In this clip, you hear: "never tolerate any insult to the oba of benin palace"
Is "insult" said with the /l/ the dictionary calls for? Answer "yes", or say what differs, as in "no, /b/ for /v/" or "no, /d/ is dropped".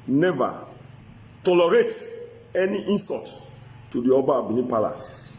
no, /n/ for /l/